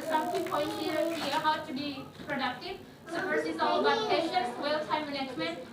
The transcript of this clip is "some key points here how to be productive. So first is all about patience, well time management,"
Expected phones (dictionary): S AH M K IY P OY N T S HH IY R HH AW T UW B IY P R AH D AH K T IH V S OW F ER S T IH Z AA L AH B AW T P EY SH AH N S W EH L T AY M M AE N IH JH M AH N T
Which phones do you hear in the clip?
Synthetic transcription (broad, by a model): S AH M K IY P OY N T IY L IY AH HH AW T UW B IY P R AH D AH K T IH V S OW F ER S IH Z AA L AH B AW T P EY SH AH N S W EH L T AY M M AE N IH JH M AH N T